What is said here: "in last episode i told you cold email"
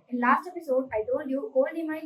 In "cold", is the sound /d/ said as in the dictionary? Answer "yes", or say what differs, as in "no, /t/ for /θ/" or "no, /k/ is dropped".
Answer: no, /d/ is dropped